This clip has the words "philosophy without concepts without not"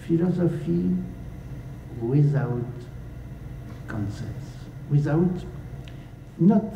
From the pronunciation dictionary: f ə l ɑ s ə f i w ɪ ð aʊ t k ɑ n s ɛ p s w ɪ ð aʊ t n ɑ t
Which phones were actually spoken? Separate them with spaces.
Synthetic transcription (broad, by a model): f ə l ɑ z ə f i w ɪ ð aʊ t k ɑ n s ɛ s w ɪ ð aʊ t n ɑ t